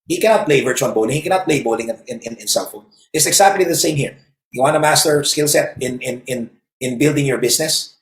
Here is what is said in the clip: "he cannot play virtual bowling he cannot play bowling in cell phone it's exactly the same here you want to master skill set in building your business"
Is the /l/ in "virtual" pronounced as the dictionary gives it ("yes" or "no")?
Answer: no